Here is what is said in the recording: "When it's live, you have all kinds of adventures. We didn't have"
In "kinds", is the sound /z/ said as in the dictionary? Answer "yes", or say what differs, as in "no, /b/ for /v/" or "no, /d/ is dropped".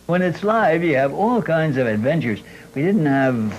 yes